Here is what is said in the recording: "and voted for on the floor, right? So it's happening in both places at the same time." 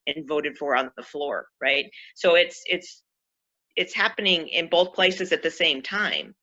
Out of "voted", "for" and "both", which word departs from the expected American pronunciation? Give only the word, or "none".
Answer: none